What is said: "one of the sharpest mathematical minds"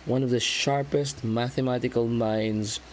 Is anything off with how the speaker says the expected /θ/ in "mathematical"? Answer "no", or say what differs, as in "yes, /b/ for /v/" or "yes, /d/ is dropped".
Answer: no